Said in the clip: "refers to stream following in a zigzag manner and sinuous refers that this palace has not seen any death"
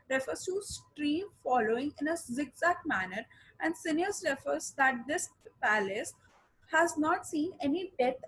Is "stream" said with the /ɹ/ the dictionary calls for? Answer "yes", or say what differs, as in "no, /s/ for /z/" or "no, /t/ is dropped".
yes